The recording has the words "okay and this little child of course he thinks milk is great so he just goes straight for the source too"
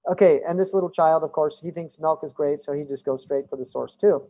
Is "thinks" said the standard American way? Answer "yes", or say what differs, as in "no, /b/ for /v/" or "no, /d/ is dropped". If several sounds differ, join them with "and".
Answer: yes